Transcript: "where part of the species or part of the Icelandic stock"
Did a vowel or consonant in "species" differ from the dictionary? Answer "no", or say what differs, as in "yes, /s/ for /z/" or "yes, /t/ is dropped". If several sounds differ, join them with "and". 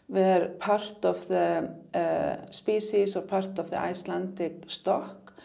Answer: yes, /s/ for /ʃ/ and /s/ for /z/